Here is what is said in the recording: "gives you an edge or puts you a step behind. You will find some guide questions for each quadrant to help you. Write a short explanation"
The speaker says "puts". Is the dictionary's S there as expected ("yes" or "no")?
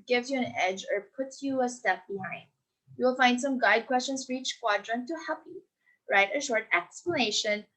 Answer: no